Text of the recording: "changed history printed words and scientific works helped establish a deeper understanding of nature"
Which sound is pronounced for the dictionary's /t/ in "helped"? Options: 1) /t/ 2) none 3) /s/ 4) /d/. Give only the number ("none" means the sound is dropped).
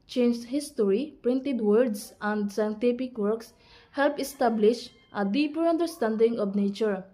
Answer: 2